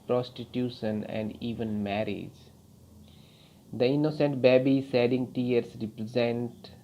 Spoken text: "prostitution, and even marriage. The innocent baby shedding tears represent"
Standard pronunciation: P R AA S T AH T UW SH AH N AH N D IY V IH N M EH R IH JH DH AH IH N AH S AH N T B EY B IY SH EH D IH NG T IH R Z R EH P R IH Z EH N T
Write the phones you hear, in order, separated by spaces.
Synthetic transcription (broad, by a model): P R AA S T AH T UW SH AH N AH N D IY V IH N M EH R IH JH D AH IH N AH S AH N T B EY B IY S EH D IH NG T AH R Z R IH P R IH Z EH N T